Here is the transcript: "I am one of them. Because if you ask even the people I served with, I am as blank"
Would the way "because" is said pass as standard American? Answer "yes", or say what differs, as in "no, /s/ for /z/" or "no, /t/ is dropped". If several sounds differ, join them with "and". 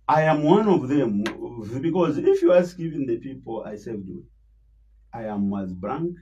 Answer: yes